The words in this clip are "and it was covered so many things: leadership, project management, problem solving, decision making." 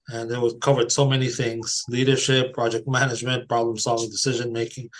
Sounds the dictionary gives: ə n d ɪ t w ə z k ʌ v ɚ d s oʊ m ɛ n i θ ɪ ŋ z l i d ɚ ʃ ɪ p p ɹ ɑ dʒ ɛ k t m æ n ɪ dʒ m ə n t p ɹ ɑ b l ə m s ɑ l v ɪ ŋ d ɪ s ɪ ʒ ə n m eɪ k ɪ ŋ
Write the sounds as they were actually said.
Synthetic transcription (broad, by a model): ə n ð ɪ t w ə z k ʌ v ɚ d s oʊ m ɛ n i θ ɪ ŋ z l i d ɚ ʃ ɪ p p ɹ ɑ dʒ ɛ k t m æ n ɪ dʒ m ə n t p ɹ ɑ b l ə m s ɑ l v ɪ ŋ d ɪ s ɪ ʒ ə n m eɪ k ɪ ŋ